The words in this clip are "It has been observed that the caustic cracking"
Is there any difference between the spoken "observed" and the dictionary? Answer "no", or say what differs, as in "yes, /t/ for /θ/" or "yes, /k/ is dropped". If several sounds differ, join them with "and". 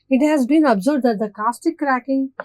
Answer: yes, /b/ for /v/